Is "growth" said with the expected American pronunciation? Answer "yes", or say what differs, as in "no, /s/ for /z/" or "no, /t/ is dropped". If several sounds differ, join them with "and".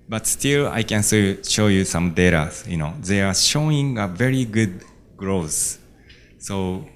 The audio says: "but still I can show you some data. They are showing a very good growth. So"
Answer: no, /s/ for /θ/